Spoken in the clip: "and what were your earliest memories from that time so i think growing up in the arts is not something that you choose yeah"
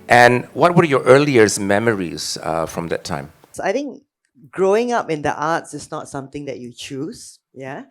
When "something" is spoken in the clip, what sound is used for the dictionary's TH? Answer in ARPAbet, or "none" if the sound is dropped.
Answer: T